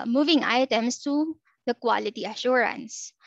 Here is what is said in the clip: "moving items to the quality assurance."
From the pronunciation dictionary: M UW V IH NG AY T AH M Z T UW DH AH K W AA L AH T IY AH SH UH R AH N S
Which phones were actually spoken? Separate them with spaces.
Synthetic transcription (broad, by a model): M UW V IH NG AY T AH M S T UW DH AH K W AA L AH T IY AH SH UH R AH N S